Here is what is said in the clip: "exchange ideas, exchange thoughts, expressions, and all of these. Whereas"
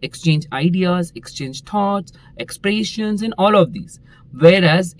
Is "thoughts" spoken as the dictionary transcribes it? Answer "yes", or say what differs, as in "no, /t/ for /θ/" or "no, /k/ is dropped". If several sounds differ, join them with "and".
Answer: no, /t/ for /θ/